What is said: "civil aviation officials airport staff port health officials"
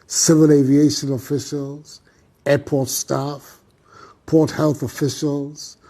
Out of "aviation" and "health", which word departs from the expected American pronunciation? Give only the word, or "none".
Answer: none